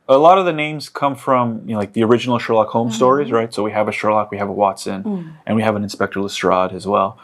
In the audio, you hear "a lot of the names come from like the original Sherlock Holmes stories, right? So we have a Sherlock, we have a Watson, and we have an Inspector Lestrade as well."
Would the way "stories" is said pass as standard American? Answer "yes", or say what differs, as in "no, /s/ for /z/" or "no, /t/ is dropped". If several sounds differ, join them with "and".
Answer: yes